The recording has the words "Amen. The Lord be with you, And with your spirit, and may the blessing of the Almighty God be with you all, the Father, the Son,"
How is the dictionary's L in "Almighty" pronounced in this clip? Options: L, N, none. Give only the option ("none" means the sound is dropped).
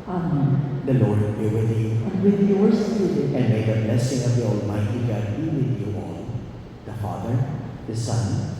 L